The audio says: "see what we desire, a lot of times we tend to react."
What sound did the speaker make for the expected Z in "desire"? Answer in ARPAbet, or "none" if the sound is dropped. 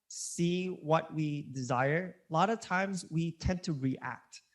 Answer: Z